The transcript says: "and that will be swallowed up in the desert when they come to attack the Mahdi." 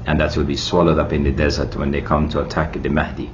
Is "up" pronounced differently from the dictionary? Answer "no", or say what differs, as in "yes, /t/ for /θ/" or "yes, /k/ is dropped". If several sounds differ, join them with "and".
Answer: no